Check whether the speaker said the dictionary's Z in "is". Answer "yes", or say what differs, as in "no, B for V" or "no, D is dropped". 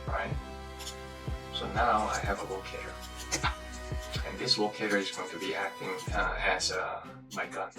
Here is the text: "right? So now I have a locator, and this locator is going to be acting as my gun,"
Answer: yes